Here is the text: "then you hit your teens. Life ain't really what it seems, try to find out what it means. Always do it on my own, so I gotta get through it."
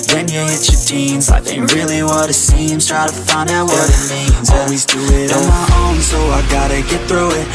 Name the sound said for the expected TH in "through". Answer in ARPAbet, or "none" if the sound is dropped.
TH